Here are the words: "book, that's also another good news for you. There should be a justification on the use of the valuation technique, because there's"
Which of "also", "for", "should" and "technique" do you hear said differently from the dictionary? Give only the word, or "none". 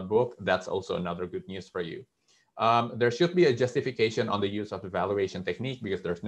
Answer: none